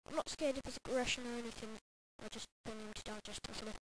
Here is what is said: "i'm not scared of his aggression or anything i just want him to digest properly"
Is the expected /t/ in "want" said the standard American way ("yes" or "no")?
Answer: no